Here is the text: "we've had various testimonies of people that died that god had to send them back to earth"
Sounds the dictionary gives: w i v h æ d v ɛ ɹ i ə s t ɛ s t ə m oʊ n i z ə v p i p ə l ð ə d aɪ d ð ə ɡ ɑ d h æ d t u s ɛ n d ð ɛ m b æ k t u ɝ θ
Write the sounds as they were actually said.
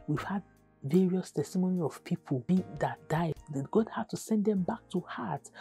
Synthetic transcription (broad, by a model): w i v h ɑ d v ɛ ɹ i ə s t ɛ s t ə m oʊ n i ə v p i p ə l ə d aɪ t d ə ɡ ɑ d h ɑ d t u s ɛ n d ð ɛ m b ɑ k t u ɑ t